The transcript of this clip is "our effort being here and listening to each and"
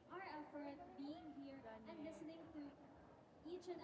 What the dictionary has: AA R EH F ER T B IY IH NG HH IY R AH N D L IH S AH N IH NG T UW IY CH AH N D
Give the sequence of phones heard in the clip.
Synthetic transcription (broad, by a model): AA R EH F ER T B IY IH NG HH IY R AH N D L IH S AH N IH NG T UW IY CH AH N